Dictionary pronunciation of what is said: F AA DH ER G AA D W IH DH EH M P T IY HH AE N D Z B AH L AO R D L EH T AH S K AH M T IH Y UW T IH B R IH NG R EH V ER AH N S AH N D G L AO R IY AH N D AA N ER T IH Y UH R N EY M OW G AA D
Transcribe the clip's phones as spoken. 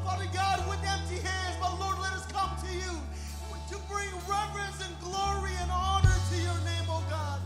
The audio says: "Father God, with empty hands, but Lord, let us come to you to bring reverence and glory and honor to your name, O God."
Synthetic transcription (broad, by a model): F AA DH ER G AA D W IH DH EH M P T IY HH AE N D Z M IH L AO R D L EH T AH S K AH M T IH Y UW T IH B R IH NG R EH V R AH N S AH N G L AO R IY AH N AA N ER T IH Y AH R N EY M OW G AA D